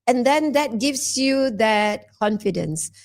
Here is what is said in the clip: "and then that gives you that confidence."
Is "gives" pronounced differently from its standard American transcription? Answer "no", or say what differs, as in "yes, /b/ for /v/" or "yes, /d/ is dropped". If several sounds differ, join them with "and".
yes, /s/ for /z/